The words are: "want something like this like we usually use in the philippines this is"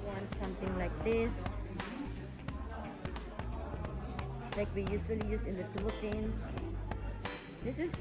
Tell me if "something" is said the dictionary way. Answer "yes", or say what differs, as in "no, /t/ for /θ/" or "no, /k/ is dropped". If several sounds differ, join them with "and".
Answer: no, /t/ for /θ/